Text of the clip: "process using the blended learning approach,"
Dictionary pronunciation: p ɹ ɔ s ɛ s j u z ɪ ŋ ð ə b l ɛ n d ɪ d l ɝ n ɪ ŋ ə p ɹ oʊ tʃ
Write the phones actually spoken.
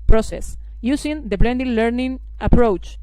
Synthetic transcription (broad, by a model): p ɹ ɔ s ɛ s j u s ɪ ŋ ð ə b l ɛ n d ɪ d l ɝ n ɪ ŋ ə p ɹ oʊ tʃ